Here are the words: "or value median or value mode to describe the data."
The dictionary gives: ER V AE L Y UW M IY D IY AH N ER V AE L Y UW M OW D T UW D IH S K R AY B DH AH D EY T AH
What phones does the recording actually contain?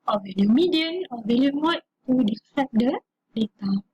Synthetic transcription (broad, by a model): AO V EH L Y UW M IY D IY AH N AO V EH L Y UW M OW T T UW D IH K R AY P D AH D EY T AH